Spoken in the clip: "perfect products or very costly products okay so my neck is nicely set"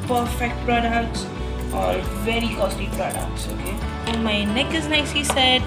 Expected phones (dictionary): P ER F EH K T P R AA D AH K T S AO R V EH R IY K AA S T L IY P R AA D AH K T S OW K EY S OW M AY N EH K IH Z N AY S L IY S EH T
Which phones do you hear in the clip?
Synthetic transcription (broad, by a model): P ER F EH K T P R AA D AH K T S AO R V EH R IY K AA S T IY P R AA D AH K T S OW K EY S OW M AY N EH K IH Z N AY S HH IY S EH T